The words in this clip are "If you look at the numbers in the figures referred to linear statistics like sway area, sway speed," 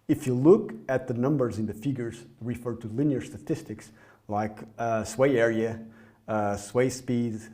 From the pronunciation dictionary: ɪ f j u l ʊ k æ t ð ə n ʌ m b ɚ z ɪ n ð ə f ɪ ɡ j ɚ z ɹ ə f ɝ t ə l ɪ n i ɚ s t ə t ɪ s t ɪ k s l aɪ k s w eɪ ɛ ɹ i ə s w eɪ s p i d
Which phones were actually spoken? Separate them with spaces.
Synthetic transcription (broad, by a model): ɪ f j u l ʊ k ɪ t ð ə n ʌ m b ɚ z ɪ n ð ə f ɪ ɡ j ɚ z ɹ ə f ɝ t ə l ɪ n i ɚ s t ə t ɪ s t ɪ k s l aɪ k s w eɪ ɛ ɹ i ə s w eɪ s p i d